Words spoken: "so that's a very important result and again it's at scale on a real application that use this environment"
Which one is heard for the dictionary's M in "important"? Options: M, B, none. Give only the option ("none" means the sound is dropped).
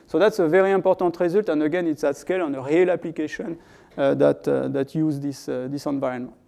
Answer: none